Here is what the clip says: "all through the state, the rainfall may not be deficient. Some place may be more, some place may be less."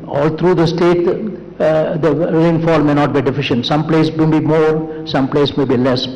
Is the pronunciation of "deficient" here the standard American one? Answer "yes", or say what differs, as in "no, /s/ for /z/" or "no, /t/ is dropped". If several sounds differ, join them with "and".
yes